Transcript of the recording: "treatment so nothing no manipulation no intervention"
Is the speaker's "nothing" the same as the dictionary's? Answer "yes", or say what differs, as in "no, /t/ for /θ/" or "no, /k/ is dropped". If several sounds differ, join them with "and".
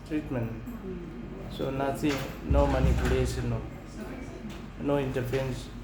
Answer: no, /s/ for /θ/